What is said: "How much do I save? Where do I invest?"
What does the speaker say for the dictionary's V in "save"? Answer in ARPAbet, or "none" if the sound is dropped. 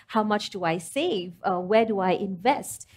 V